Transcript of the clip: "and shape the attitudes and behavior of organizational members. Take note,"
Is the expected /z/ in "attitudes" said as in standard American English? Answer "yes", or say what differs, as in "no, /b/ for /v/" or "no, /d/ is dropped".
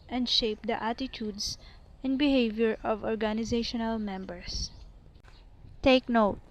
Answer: no, /s/ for /z/